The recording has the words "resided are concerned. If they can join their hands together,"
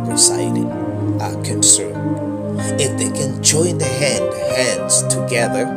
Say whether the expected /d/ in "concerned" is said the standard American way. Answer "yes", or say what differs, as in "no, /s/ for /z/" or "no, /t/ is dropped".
no, /d/ is dropped